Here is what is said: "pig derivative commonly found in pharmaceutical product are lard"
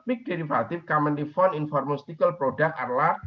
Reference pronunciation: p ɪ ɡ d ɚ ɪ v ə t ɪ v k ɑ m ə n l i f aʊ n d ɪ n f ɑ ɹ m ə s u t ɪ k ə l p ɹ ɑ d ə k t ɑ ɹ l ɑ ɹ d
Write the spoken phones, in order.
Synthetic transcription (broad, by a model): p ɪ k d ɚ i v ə t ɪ f k ɑ m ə n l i f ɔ n ɪ n f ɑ ɹ m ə s t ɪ k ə l p ɹ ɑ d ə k ɑ ɹ l ɑ